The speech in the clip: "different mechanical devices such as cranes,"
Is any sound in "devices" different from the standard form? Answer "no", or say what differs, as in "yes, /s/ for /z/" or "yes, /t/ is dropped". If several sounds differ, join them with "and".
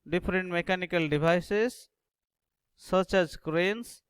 yes, /b/ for /v/